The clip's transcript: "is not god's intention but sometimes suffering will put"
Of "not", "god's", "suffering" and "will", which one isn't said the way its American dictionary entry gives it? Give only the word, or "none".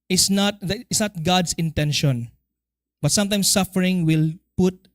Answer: god's